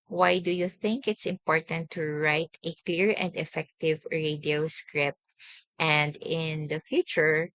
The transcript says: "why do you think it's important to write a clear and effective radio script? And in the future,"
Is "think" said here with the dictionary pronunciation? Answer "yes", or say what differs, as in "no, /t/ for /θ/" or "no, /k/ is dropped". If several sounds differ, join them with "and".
yes